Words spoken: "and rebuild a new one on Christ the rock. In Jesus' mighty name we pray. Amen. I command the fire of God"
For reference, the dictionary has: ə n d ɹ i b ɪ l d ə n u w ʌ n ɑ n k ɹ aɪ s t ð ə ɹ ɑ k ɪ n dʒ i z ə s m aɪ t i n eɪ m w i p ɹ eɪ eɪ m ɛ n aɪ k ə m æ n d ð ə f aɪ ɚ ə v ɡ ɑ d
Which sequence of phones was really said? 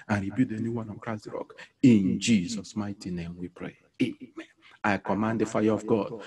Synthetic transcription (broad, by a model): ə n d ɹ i b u d ə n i w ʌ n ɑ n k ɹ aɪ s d ɹ ɑ k ɪ n dʒ i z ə s m aɪ t i n eɪ m w i p ɹ eɪ eɪ m ɛ n aɪ k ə m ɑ n d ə f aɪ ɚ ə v ɡ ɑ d